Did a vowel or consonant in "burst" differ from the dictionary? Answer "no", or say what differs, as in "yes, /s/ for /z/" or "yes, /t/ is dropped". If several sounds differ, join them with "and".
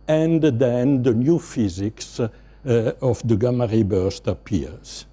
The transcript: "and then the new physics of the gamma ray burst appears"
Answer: no